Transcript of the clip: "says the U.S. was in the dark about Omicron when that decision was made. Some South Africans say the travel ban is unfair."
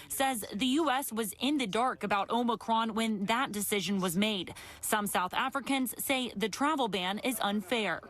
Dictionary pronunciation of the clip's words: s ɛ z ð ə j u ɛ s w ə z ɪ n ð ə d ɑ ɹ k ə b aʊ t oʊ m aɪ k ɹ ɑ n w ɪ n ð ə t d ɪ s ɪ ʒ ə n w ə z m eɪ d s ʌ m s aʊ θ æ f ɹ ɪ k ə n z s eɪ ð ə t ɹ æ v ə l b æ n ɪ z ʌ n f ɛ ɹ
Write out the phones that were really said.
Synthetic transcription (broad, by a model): s ɛ z ð ə j u ɛ s w ə z ɪ n ð ə d ɑ ɹ k ə b aʊ t oʊ m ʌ k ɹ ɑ n w ɪ n ð ə t d ɪ s ɪ ʒ ə n w ə z m eɪ d s ʌ m s aʊ θ æ f ɹ ɪ k ə n z s eɪ ð ə t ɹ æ v l b æ n ɪ z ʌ n f ɛ ɹ